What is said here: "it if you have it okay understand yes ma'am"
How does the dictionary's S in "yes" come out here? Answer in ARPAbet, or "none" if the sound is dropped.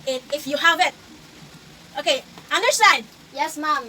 S